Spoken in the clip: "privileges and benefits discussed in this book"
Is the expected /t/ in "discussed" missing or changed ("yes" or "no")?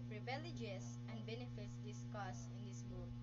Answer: yes